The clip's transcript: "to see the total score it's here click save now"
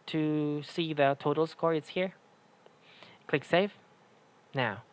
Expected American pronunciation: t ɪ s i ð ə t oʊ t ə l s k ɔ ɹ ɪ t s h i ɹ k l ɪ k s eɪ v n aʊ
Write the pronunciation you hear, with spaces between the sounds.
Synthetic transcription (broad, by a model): t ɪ s i ð ə t oʊ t l s k ɔ ɹ ɪ t s h i ɹ k l ɪ k s eɪ f n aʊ